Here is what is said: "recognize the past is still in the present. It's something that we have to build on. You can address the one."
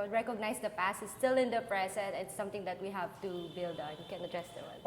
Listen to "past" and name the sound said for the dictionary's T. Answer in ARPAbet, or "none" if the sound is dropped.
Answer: none